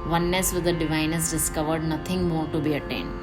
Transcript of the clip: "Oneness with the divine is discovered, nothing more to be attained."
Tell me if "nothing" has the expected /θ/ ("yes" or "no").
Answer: no